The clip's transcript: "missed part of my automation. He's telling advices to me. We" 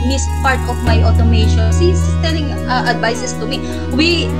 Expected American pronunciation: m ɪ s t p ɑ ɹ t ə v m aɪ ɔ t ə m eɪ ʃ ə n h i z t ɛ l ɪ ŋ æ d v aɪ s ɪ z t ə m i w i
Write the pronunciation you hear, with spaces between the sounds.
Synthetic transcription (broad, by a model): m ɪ s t p ɑ ɹ t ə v m aɪ ɔ t ə m eɪ ʃ ə n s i s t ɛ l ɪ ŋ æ d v aɪ s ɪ s t ə m i w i